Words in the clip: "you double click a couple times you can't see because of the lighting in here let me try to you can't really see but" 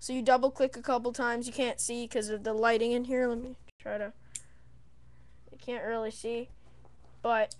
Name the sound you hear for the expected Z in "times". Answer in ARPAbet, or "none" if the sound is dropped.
Z